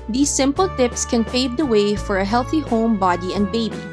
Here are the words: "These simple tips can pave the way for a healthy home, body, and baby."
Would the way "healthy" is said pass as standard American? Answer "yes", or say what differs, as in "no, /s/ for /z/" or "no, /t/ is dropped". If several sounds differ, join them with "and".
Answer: yes